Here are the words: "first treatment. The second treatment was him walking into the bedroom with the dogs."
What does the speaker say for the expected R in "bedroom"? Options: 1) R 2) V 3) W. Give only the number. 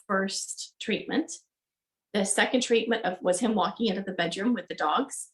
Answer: 1